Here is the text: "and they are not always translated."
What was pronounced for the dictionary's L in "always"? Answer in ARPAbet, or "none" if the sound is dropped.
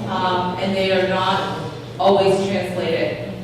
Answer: L